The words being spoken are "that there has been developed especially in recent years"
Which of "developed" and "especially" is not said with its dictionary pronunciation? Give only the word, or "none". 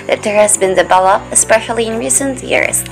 developed